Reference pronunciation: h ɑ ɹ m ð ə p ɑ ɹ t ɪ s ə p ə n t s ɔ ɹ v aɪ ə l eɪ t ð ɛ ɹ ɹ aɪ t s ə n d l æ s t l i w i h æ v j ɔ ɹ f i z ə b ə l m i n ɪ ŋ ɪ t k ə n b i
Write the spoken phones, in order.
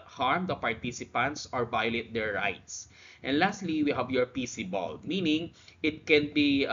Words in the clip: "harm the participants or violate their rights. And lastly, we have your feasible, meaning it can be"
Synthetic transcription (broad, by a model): h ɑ ɹ m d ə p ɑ ɹ t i s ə p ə n t s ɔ ɹ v aɪ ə l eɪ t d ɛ ɹ ɹ aɪ t s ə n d l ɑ s t l i w i h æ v j ɔ ɹ p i s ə b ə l m i n ɪ ŋ ɪ t k ə n b i